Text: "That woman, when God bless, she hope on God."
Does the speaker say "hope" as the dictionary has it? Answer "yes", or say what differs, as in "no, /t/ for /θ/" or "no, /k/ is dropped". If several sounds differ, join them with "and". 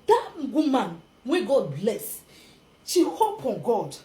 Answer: yes